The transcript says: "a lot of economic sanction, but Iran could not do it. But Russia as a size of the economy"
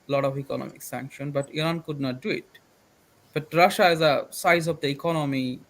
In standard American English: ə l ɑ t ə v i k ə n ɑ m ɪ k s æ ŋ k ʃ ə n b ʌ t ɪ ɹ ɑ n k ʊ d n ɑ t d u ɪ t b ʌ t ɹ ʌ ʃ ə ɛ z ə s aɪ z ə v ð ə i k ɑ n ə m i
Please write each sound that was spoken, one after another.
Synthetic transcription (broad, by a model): l ɑ t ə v i k ə n ɑ m ɪ k s æ ŋ k ʃ ə n b ʌ t ɪ ɹ ɑ n k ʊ d n ɑ t d u ɪ t b ʌ t ɹ ʌ ʃ ə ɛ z ə s aɪ z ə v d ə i k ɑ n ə m i